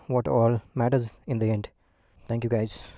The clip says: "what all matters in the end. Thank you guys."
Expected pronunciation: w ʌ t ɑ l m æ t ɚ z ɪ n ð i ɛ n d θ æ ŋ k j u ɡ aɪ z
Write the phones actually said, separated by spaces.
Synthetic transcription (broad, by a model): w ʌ t ɑ l m æ t ɚ z ɪ n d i ɛ n d t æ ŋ k j u ɡ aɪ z